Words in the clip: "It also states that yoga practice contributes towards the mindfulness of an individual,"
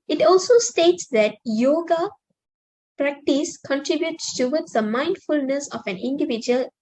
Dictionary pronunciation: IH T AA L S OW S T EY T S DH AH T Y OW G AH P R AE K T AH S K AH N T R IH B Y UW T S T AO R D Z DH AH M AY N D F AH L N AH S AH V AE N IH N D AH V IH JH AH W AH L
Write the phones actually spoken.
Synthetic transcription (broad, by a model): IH T AA L S OW S T EY T S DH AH T Y OW G AH P R AE K T AH S K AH N T R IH B Y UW T S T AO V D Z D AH M AY N D F AH L N AH S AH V AE N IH N D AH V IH JH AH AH L